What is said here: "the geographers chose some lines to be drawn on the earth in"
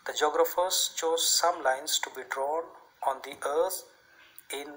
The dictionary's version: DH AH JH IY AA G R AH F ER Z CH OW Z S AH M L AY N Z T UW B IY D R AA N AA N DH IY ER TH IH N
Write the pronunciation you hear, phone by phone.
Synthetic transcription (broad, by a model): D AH JH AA G R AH F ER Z CH OW Z S AH M L AY N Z T UW B IY D R AA N AA N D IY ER T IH N